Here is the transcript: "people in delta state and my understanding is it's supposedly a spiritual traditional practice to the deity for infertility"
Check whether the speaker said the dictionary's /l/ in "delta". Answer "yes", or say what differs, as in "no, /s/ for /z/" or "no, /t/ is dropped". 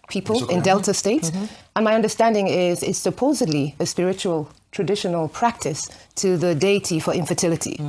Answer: yes